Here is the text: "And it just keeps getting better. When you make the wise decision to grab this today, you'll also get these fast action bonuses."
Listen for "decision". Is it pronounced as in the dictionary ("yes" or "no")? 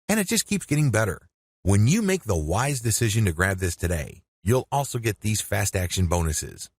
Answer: yes